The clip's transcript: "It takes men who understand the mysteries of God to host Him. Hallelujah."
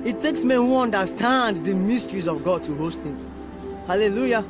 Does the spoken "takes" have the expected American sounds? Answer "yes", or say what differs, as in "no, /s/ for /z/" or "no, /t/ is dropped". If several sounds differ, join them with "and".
yes